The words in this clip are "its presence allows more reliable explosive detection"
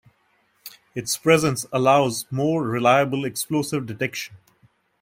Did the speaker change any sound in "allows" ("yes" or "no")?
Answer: no